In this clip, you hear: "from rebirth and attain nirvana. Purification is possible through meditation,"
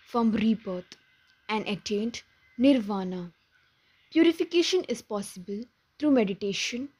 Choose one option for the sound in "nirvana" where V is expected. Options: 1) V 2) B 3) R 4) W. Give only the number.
1